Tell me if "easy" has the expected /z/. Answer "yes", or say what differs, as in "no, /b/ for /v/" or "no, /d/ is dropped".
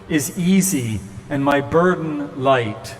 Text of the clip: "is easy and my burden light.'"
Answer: yes